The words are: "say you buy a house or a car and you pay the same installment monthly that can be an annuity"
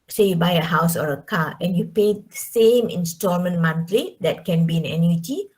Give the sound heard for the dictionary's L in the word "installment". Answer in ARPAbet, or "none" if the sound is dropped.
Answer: none